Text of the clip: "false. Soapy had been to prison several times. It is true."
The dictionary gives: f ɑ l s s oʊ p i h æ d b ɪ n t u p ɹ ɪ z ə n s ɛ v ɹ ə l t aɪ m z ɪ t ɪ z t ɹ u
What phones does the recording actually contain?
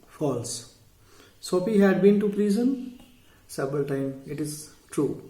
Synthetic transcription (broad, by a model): f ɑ l s s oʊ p i h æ d b ɪ n t u p ɹ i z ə n s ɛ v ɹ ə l t aɪ m ɪ t ɪ z t ɹ u